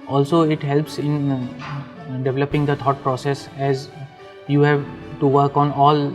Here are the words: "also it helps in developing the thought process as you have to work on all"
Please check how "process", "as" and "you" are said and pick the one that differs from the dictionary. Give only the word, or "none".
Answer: none